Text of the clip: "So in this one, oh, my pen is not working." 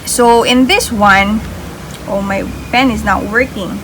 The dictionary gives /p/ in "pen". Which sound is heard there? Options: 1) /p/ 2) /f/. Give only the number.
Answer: 2